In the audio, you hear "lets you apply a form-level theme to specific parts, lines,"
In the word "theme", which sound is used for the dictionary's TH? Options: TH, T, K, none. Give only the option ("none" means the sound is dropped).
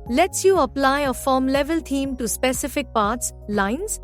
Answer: T